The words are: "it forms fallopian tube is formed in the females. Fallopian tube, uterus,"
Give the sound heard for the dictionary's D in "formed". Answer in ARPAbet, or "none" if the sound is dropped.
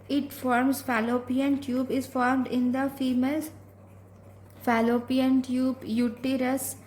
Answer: D